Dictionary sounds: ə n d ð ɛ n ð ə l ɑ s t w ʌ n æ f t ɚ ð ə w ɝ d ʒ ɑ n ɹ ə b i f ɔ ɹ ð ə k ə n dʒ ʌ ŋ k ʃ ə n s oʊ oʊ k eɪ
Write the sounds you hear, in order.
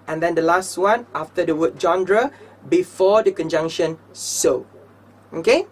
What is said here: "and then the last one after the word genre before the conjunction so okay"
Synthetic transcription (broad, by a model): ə n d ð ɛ n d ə l ɑ s t w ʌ n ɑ f t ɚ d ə w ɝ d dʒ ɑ n ɹ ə b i f ɔ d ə k ə n dʒ ʌ ŋ k ʃ ə n s oʊ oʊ k eɪ